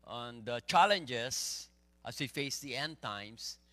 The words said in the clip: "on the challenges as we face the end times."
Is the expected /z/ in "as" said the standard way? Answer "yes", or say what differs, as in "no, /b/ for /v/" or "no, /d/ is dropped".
no, /s/ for /z/